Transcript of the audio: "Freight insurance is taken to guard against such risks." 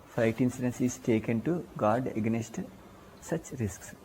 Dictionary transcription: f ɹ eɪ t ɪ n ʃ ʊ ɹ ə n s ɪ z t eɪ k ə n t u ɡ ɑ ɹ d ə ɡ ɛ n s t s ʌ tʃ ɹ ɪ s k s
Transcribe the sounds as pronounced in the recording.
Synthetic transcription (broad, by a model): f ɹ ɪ t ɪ n s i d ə n s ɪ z t eɪ k ə n t u ɡ ɑ ɹ d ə ɡ n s t s ʌ tʃ ɹ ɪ s k s